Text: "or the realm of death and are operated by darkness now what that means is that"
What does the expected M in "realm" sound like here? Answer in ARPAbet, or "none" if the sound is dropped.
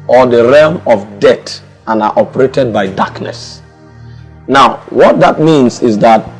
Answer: M